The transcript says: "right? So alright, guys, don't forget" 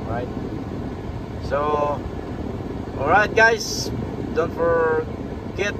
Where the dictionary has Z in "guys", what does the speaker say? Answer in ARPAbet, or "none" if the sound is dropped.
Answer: S